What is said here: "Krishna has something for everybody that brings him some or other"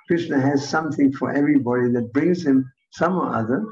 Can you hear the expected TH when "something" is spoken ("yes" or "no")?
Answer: yes